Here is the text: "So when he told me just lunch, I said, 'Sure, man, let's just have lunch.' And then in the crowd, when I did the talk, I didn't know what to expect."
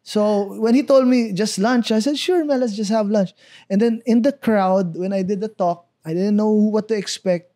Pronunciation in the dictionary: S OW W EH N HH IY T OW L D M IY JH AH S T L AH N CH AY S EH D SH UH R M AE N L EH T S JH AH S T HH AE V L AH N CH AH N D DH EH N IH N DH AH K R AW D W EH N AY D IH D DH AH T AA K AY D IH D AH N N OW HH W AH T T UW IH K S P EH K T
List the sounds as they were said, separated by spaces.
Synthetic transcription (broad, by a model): S OW W EH N HH IY T OW L D M IY JH AH S T L AH N CH AY S EH D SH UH R M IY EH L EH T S JH AH S T HH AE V L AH N CH AH N D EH N IH N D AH K R AW D W EH N AY D IH D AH T AA K AY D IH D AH N N OW HH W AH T T UW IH K S P EH K T